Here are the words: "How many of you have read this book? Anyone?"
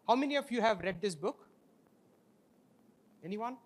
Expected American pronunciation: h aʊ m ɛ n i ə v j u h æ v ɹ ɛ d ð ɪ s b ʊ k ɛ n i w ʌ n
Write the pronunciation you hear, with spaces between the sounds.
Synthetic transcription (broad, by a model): h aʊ m ɛ n i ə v j u h æ v ɹ ɛ d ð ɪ s b ʊ k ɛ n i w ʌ n